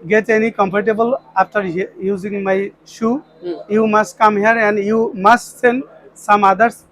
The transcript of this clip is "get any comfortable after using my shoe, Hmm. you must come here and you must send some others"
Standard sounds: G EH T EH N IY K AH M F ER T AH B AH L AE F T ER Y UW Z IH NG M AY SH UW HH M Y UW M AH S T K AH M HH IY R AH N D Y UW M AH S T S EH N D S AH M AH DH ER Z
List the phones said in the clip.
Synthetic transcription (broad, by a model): G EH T EH N IY K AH M P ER T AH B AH L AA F T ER Y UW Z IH NG M AY SH UW Y UW M AH S T K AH M HH IY R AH N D Y UW M AH S T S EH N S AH M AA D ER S